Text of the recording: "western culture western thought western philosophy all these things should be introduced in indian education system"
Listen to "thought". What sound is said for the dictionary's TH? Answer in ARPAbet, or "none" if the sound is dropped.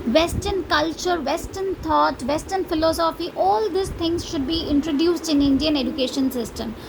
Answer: T